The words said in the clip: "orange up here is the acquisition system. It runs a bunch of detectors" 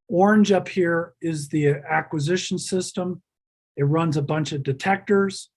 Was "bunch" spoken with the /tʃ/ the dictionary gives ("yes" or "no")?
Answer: yes